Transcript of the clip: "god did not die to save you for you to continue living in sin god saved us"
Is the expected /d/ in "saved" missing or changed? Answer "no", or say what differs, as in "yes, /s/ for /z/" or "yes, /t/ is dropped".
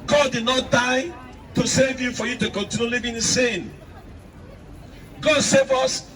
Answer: yes, /d/ is dropped